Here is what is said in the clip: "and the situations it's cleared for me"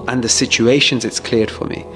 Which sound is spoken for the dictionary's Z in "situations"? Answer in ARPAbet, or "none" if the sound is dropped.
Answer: Z